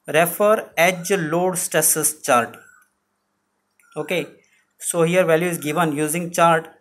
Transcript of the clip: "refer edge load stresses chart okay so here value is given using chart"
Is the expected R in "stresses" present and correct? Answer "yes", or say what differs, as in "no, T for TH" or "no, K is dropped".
no, R is dropped